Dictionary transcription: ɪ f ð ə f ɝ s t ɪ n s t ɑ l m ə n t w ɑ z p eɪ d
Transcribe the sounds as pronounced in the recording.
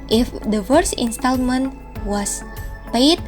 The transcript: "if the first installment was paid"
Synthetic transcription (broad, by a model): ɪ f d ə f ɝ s ɪ n s t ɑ l m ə n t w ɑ s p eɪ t